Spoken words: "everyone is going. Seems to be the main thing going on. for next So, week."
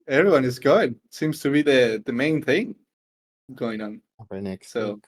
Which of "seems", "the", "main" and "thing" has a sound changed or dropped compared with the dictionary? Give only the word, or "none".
none